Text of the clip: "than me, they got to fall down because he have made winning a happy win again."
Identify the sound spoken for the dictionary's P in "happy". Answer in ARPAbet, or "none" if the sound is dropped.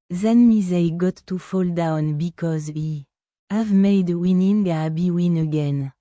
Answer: B